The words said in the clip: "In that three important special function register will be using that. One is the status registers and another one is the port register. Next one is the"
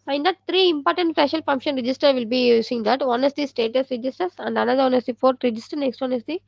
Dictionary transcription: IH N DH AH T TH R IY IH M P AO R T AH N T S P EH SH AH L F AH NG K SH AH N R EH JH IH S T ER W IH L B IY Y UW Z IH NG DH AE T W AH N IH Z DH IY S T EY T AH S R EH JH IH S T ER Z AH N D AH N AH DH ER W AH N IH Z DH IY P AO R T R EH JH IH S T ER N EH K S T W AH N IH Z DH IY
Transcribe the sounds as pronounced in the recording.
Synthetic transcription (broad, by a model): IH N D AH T T R IY IH M P AO R T AH N T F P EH SH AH L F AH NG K SH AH N R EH JH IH S T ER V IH L B IY Y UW S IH NG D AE T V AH N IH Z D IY S T EY T AH S R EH JH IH S T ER S AH N D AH N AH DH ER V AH N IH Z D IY F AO R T R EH JH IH S T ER N EH K S T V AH N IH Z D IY